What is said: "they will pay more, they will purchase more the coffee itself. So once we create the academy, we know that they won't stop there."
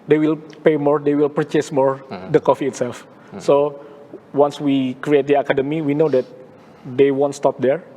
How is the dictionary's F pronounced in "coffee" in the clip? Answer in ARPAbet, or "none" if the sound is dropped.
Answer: F